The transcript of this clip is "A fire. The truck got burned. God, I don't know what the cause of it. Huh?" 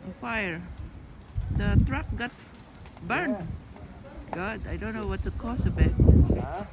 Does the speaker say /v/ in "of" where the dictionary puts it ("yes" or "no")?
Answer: no